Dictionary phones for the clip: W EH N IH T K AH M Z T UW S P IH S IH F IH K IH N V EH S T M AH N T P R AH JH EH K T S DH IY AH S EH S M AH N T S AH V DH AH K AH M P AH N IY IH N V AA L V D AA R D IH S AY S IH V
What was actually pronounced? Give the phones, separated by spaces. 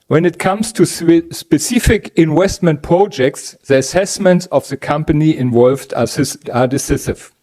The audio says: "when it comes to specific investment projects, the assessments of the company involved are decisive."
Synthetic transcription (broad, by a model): W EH N IH T K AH M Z T UW S P IH S IH F IH K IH N W EH S T M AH N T P R AH JH EH K T S DH IY AH S EH S M AH N T S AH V DH AH K AH M P AH N IY IH N V AA L V D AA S D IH S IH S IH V